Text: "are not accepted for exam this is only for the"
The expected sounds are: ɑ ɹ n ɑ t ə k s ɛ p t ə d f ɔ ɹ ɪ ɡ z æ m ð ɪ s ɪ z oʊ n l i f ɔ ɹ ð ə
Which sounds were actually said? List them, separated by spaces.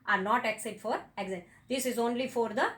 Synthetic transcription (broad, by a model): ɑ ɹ n ɑ t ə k s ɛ t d f ɔ ɹ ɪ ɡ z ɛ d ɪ s ɪ z oʊ n l i f ɔ ɹ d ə